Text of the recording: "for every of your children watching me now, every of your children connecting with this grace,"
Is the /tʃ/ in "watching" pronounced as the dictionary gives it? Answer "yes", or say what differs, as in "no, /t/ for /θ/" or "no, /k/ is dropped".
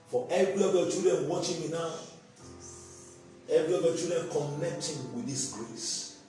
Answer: yes